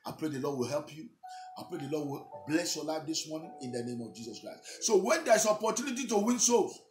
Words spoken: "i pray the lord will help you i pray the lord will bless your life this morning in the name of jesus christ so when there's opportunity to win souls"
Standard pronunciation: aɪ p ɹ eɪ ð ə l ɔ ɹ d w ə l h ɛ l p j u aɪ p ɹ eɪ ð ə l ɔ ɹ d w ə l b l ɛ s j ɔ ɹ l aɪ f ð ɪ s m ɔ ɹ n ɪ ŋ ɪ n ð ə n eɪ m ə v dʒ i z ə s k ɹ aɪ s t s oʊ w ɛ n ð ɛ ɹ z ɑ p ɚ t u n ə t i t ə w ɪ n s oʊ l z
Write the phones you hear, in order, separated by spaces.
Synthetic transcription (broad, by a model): aɪ p ɹ eɪ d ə l ɔ d w ə l h ɛ l p j u aɪ p ɹ eɪ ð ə l ɔ d w ə l b l ɛ s j ɔ l aɪ f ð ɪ s m ɔ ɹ n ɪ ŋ ɪ n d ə n eɪ m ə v dʒ i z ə s k ɹ aɪ s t s oʊ w ɛ n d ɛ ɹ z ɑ p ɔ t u n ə t i t ə w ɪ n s oʊ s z